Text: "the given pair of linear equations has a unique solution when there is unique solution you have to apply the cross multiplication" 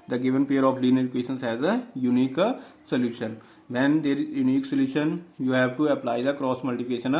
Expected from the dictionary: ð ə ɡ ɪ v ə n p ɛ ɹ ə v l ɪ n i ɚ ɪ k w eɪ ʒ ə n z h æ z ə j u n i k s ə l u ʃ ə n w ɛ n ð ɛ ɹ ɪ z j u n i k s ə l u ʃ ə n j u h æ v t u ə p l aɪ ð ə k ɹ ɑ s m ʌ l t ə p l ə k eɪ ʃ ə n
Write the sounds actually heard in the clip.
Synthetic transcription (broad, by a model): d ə ɡ ɪ v ə n p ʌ ɹ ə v l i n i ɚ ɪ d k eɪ ʃ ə n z h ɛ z ə j u n i k s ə l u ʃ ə n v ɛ n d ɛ ɹ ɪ j u n i k s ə l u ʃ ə n j u h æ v t u ə p l aɪ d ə k ɹ ɑ s m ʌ l t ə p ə k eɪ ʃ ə n